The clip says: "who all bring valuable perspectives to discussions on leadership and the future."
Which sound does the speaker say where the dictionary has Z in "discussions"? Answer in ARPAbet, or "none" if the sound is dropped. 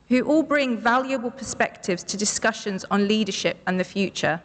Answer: Z